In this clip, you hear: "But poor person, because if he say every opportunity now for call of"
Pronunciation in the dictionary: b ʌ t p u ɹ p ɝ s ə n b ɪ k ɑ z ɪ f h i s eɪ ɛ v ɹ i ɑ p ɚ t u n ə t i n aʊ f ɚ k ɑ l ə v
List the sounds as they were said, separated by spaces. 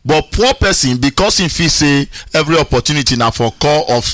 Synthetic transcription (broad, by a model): b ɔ t p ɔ p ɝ s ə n b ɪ k ɑ s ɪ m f i s eɪ ɛ v ɹ i ɑ p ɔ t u n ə t i n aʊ f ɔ k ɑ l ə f